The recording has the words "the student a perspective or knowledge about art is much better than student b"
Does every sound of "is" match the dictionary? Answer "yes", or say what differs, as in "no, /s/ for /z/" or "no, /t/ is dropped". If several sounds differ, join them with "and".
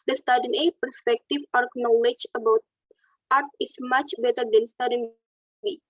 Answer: no, /s/ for /z/